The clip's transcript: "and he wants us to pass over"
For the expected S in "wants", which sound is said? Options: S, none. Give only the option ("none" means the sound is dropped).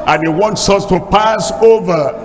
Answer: S